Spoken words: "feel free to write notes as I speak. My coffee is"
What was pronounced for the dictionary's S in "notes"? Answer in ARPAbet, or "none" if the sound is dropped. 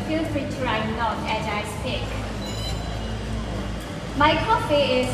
none